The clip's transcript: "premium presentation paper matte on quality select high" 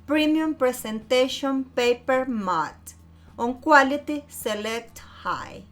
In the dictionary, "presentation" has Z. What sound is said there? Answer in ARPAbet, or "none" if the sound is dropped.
S